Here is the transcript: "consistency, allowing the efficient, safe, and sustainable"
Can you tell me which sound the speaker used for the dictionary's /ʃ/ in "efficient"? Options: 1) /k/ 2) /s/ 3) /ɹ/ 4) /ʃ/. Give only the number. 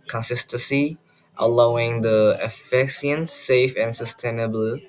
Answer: 2